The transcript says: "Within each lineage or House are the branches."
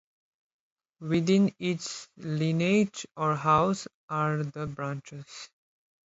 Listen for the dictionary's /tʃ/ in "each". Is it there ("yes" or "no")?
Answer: no